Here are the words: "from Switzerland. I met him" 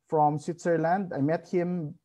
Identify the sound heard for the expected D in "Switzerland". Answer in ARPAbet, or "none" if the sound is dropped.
D